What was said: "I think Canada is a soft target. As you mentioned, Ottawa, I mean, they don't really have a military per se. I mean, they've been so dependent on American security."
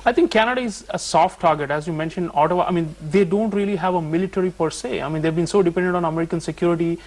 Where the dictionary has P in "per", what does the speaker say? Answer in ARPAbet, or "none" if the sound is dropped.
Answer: P